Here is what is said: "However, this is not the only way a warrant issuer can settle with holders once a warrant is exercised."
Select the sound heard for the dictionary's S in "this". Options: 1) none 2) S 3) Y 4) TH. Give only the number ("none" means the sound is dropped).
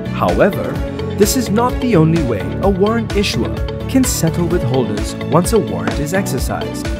2